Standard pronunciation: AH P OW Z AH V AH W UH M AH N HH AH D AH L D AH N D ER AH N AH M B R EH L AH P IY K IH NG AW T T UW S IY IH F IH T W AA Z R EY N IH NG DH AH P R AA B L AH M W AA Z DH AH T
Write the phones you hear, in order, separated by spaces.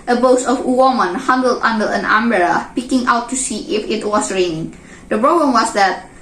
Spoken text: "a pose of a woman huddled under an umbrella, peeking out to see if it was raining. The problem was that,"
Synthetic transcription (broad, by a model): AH B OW S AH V AH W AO M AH N HH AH D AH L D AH N D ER AH N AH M B EH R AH P IY K IH NG AW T T UW S IY IH F IH T W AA S R EY N IH NG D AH P R AA B L AH M W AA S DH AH T